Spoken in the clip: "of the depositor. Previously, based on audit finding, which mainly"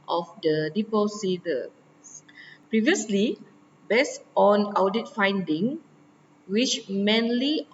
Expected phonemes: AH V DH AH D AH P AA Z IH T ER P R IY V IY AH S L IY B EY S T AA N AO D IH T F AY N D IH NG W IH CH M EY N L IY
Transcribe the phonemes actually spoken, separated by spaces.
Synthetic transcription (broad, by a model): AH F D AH D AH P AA S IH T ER P R IY V IY AH S L IY B EY S T AA N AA D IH T F AY N D IH NG W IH CH M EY N L IY